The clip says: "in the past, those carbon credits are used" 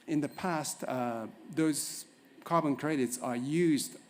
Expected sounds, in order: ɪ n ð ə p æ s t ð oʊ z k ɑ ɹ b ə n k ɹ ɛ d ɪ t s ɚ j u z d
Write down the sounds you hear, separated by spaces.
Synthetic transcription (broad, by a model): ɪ n ð ə p æ s t ð oʊ z k ɑ ɹ b ə n k ɹ ɛ d ɪ t s ɚ j u z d